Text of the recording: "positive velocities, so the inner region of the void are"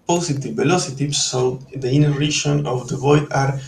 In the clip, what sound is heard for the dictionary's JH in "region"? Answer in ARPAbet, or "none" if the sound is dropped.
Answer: SH